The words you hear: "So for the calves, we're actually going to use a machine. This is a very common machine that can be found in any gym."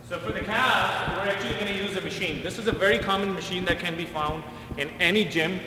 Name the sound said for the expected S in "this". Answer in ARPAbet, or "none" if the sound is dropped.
S